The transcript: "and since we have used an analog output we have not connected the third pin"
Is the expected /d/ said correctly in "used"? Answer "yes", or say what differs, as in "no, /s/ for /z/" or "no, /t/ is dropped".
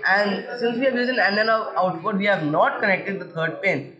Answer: no, /d/ is dropped